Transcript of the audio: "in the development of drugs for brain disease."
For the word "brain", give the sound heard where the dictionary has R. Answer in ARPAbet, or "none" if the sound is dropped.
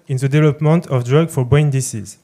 none